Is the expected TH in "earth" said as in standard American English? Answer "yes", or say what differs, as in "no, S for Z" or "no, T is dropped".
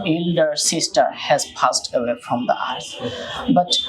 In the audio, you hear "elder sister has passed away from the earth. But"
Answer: no, S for TH